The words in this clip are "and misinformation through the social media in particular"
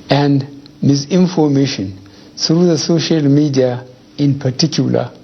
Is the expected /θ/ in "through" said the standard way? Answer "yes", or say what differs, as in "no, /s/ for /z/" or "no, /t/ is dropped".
no, /s/ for /θ/